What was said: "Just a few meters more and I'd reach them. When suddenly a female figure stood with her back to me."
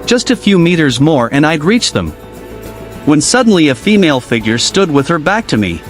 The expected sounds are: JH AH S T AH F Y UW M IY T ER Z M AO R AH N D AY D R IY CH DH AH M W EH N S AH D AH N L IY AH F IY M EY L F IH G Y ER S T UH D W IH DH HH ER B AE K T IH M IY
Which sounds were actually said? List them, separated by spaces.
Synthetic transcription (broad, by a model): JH AH S T AH F Y UW M IY T ER Z M AO R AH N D AY D R IY CH DH AH M W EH N S AH D N L IY AH F IY M EY L F IH G Y ER S T UH D W IH DH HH ER B AE K T IH M IY